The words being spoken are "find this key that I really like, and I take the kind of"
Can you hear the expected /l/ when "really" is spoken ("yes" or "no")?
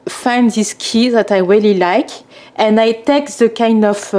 yes